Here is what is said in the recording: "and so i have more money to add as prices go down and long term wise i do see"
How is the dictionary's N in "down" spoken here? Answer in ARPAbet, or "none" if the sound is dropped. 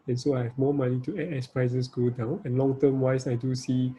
N